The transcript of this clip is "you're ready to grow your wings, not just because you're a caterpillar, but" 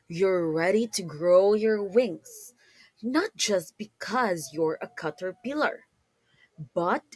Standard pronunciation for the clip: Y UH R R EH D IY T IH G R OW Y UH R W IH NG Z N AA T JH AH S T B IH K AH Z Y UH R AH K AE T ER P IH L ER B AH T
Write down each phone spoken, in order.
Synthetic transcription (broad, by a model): Y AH R R EH D IY T IH G R OW Y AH R W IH NG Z N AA T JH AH S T B IH K AH Z Y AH R AH K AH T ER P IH L ER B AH T